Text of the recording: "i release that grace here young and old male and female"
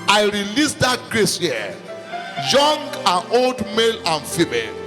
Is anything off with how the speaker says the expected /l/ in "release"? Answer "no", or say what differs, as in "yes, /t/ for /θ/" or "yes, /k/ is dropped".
no